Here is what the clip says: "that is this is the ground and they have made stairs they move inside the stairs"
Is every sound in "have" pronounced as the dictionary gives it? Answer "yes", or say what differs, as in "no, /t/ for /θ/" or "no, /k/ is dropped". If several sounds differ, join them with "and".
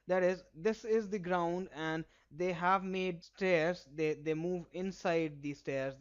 yes